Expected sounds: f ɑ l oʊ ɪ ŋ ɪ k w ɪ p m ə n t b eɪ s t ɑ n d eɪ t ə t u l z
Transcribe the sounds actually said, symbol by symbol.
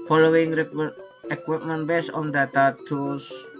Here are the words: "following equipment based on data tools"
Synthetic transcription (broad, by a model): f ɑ l oʊ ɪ ŋ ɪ k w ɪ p m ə n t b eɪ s ɑ n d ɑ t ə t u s